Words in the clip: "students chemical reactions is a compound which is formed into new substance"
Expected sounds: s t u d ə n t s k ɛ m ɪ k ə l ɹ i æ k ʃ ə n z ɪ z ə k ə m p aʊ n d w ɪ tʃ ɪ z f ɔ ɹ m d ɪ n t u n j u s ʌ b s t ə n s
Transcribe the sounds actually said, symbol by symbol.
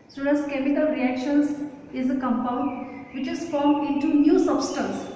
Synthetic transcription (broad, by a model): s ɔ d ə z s k ɛ m ɪ k ə l ɹ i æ k ʃ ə n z ɪ z ə k ə m p aʊ n d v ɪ tʃ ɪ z f ɔ ɹ m d ɪ n t u n j u s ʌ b s t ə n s